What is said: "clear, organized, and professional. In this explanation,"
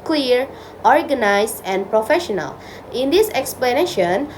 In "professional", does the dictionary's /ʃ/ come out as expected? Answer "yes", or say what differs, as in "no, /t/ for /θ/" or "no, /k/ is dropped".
yes